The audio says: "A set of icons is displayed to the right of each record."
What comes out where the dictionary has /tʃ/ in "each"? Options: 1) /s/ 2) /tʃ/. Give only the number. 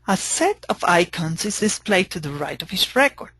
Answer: 1